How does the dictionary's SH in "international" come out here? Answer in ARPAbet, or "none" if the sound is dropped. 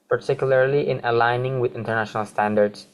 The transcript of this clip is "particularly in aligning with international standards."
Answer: SH